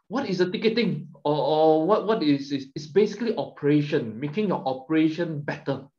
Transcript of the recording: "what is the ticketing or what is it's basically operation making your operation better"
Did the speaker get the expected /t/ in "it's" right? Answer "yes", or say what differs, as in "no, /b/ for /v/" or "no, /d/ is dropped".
no, /s/ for /t/